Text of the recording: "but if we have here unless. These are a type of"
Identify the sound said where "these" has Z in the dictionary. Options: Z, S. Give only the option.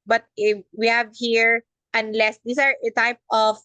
S